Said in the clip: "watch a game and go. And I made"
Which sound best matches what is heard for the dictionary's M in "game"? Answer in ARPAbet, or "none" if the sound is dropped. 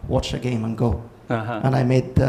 M